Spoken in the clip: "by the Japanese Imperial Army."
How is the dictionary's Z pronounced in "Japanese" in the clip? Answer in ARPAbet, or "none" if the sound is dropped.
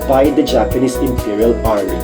S